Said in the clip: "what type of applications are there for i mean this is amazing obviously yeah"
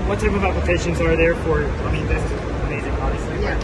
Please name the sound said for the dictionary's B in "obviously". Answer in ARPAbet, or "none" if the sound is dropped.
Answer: none